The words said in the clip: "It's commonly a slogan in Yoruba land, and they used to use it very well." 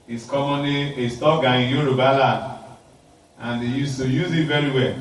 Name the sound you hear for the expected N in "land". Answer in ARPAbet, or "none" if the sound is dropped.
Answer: none